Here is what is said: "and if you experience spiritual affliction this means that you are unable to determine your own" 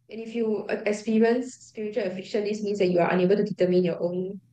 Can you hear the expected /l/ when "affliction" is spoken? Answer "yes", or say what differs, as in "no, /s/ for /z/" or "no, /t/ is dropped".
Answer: no, /l/ is dropped